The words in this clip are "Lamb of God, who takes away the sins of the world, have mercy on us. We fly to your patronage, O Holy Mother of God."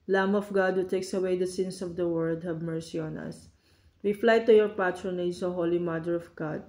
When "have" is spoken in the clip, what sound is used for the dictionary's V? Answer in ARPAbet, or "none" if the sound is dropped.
B